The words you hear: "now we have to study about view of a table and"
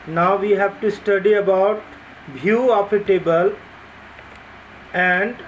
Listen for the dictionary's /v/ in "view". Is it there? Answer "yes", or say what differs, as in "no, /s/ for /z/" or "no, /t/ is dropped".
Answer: no, /b/ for /v/